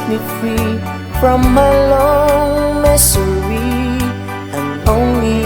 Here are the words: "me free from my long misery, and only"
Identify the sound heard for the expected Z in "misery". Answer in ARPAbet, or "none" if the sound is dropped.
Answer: S